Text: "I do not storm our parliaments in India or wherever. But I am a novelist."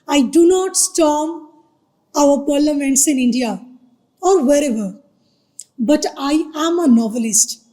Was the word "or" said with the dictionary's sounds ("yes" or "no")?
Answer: yes